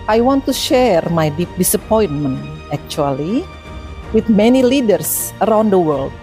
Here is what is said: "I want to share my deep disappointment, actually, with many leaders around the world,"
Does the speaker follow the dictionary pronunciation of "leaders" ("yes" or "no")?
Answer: no